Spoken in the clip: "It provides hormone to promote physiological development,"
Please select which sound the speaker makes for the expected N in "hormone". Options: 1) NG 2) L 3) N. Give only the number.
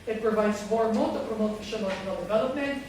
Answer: 2